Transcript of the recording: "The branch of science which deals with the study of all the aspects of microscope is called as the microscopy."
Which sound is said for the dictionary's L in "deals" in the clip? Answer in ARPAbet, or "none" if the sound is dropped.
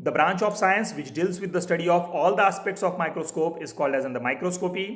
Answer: L